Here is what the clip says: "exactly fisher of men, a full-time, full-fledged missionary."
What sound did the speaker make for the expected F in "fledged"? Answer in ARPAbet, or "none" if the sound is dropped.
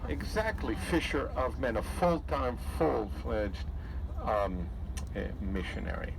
F